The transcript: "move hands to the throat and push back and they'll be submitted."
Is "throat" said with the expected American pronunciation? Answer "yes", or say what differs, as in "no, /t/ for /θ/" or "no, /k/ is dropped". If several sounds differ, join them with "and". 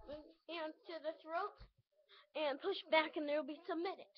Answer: yes